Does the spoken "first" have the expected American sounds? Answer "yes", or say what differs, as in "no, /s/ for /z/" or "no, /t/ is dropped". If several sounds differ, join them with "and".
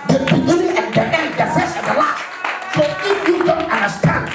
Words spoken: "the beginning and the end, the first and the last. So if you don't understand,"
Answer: no, /t/ is dropped